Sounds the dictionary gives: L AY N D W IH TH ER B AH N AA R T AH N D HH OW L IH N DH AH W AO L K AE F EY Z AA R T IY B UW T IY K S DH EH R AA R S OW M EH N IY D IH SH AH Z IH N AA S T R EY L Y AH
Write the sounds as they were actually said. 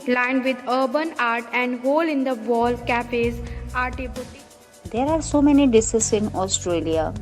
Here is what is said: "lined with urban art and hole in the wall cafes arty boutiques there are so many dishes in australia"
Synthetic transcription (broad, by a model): L AY N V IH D ER B AH N AA R T AH N D HH OW L IH N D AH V AO L K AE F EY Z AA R T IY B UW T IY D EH R AA R S OW M EH N IY D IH S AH S IH N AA S T R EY L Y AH